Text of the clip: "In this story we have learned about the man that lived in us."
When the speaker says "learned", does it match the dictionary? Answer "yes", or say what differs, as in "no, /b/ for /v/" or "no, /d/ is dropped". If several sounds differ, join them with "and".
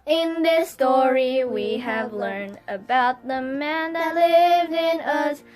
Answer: yes